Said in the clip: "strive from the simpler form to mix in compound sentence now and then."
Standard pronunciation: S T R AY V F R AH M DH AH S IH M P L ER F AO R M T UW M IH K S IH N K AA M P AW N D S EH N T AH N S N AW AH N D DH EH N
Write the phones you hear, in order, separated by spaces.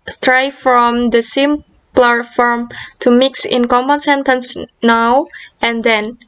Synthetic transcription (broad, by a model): S T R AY F R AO M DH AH S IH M P L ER F AO R M T UW M IH K S IH N K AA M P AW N S EH N T AH N S N AW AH N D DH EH N